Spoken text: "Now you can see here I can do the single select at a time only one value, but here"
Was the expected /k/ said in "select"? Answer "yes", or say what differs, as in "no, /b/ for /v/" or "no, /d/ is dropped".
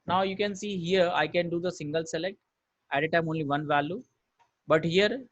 yes